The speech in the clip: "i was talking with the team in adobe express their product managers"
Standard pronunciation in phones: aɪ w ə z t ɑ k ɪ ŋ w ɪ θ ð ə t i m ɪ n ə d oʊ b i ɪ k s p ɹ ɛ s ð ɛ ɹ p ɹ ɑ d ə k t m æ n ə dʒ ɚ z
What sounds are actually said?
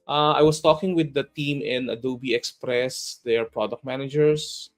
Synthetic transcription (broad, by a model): aɪ w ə s t ɑ k ɪ ŋ w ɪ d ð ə t i m ɪ n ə d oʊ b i ɪ k s p ɹ ɛ s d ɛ ɹ p ɹ ɑ d ə k t m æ n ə dʒ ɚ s